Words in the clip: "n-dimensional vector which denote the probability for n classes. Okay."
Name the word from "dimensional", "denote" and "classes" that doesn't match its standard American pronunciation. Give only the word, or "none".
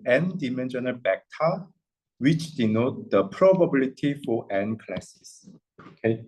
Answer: classes